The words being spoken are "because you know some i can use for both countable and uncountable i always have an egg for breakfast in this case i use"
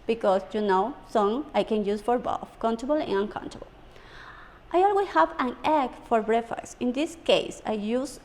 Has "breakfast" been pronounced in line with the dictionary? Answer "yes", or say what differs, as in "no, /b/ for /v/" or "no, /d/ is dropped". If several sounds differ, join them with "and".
no, /k/ is dropped and /t/ is dropped